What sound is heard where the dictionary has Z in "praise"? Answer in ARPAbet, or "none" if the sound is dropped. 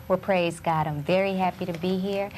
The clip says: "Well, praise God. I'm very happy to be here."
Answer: Z